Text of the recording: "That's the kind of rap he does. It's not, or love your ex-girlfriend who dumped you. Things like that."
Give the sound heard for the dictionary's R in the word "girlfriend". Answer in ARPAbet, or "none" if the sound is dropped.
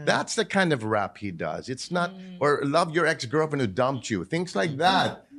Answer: none